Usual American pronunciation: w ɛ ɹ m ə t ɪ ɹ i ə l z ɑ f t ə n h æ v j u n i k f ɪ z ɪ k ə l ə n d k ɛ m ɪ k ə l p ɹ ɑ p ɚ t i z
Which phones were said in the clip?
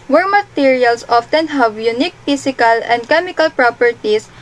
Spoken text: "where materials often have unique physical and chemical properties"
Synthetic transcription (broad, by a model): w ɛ ɹ m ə t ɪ ɹ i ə l s ɑ f t ə n h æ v j u n i k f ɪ s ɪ k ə l ə n d k ɛ m ɪ k ə l p ɹ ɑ p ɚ t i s